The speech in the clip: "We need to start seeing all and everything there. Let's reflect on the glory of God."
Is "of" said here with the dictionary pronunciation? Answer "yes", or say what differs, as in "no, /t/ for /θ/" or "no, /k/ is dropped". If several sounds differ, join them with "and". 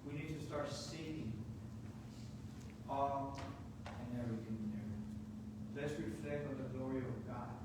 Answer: yes